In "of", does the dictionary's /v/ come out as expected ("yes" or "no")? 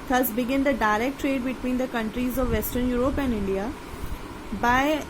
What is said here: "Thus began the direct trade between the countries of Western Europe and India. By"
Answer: yes